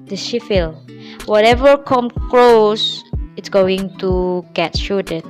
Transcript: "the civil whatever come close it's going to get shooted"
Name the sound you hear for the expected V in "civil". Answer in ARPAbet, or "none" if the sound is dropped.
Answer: F